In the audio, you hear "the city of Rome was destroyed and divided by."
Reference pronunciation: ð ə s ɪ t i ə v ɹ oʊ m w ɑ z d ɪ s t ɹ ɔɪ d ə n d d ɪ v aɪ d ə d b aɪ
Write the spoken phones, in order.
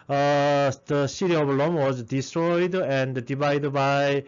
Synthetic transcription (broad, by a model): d ə s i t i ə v l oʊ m w ɑ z d ɪ s t ɹ ɔɪ d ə n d d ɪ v aɪ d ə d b aɪ